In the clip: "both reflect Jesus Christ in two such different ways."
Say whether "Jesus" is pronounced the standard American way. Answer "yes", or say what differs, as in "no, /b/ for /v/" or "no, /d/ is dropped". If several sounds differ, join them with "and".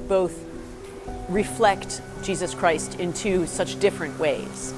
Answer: yes